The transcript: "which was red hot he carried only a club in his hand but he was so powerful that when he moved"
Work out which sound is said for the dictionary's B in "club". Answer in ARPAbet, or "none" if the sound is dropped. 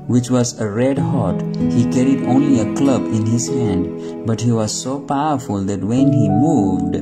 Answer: B